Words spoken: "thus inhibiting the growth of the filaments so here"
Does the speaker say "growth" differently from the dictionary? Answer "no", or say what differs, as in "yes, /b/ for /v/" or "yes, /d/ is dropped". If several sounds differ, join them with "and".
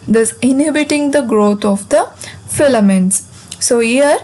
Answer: yes, /t/ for /θ/